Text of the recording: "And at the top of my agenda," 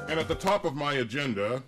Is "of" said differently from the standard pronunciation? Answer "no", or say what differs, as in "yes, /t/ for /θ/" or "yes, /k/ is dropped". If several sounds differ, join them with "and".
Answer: no